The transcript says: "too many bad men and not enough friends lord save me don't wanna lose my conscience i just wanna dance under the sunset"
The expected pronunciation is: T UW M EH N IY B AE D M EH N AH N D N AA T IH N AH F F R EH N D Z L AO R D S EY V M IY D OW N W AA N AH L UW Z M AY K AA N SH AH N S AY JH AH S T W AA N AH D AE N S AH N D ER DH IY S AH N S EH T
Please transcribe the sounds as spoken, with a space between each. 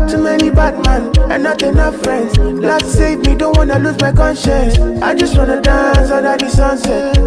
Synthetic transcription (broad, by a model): T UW M EH N IY B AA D M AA N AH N N AA T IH N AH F F R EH N D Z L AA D S EY V M IY D OW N W AA N AH L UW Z M AY K AA N SH AH N S AY JH AH S T W AA N AH D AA N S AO D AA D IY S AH N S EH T